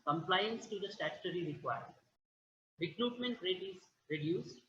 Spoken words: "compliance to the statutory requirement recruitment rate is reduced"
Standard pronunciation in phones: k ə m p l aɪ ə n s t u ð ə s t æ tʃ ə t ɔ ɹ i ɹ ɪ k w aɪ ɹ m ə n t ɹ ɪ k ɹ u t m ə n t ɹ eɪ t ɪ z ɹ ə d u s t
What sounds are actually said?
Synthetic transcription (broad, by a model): k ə m p l aɪ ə n s t u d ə s t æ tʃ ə t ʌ ɹ i ɹ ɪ k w aɪ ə t ɹ ɪ k ɹ u t m ə n t ɹ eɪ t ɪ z ɹ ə d u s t